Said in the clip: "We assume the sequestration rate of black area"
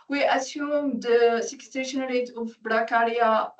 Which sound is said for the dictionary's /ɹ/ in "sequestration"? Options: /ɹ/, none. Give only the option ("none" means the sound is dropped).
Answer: none